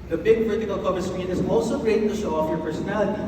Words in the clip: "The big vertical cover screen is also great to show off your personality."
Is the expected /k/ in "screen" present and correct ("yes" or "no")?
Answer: no